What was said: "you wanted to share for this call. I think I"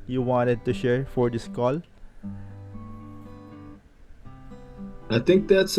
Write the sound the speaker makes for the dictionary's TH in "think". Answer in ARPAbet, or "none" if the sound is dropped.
T